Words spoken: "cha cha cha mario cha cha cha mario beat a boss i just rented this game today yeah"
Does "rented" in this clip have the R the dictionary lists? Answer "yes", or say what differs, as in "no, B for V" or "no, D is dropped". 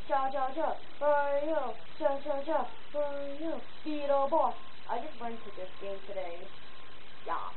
no, W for R